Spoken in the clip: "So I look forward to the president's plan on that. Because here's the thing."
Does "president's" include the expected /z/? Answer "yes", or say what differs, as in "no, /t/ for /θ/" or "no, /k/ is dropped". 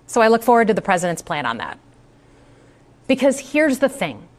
yes